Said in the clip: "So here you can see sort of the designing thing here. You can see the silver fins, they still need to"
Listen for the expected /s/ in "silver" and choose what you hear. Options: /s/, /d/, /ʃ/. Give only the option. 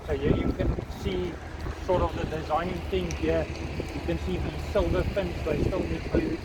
/s/